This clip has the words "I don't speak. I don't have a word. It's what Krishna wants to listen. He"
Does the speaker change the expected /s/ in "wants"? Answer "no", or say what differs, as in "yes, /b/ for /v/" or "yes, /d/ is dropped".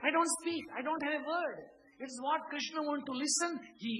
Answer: yes, /s/ is dropped